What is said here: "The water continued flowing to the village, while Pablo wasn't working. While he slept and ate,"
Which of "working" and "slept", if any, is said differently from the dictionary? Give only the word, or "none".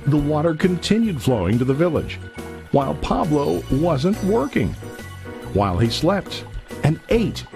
none